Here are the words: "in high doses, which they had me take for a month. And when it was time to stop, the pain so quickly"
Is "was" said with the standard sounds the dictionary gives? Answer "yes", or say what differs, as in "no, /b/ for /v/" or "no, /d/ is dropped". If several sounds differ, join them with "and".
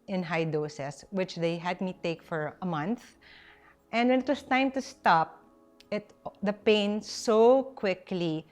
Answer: no, /s/ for /z/